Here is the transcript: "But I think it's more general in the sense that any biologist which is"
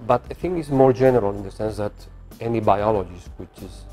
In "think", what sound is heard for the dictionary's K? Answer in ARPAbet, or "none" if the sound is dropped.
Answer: none